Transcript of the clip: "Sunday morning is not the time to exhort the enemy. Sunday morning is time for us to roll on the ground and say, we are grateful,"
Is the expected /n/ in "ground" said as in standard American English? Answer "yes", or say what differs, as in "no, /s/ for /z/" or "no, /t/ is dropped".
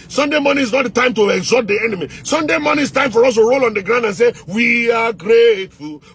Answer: yes